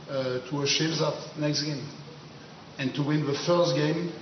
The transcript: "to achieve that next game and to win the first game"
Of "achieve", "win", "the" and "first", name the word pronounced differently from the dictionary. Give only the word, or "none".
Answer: achieve